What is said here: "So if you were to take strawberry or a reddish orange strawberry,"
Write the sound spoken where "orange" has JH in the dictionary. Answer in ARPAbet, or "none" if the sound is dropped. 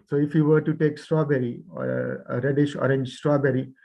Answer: JH